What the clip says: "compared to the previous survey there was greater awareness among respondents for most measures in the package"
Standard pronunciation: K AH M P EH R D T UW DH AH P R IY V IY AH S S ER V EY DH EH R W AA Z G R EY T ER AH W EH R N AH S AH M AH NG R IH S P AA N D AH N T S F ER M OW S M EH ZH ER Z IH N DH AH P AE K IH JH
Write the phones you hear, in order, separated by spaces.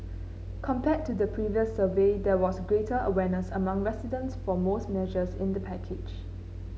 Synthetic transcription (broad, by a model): K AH M P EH T UW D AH P R IY V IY AH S S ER V EY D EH W AA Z G R EY T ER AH W EH N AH S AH M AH NG R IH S IY D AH N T S F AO M OW S M EH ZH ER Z IH N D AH P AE K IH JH